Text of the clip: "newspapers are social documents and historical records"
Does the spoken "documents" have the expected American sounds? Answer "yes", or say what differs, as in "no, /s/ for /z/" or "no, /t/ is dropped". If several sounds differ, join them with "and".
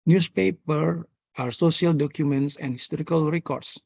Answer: yes